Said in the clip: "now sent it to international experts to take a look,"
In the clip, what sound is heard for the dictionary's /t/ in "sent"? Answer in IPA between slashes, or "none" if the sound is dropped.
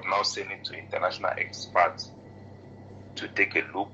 none